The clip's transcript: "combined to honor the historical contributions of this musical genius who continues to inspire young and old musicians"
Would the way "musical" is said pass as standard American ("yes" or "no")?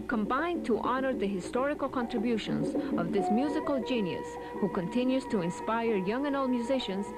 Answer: yes